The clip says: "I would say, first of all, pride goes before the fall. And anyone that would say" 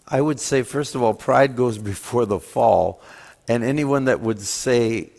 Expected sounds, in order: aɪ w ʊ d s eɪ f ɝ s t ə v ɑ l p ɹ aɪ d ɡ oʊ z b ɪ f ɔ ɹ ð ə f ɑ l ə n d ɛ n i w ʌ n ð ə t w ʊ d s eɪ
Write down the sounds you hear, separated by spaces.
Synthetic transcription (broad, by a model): aɪ w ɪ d s eɪ f ɝ s t ə v ɑ l p ɹ aɪ d ɡ oʊ z b ɪ f ɔ ɹ ð ə f ɑ l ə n ɛ n i w ʌ n ð ə t w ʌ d s eɪ